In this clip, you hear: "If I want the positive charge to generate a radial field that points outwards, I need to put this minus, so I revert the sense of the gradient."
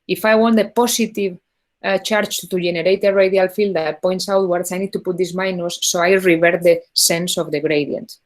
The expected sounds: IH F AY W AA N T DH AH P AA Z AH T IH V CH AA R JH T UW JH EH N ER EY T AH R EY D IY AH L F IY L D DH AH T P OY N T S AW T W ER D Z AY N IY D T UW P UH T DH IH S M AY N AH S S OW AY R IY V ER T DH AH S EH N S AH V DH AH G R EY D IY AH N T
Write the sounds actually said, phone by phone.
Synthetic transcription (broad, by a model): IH F AY W AA N T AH P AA S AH T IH V CH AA R CH T UW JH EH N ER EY T AH R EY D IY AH L F IY L D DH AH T P OY N T S AW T W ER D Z AY N IY D T UW P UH T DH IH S M AY N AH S S OW AY R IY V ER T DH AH S EH N S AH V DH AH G R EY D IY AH N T